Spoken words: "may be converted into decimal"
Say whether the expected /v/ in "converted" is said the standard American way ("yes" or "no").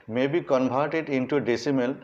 no